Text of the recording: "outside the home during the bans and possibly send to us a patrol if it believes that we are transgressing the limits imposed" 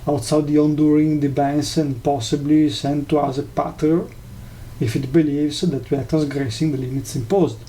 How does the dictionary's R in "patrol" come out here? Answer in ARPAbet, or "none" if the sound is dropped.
none